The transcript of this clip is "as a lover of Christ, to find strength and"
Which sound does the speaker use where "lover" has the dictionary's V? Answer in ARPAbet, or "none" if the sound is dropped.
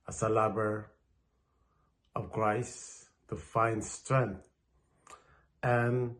B